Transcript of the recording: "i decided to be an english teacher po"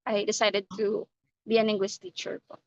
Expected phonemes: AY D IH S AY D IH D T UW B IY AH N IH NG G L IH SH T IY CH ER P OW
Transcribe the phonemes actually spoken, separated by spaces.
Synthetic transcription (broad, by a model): AY D IH S AY D IH D T UW B IY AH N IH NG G W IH S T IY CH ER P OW